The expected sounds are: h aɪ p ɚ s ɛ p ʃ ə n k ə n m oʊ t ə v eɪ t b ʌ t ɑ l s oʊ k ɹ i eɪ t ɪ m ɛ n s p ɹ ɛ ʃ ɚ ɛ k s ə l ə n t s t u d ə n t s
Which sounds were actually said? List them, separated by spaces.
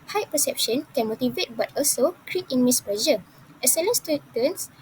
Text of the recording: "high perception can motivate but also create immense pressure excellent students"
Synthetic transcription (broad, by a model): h aɪ p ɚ s ɛ p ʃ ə n k ə n m oʊ t ə v eɪ t b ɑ t ɑ l s oʊ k ɹ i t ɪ m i s p l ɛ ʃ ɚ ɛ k s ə l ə n s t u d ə n s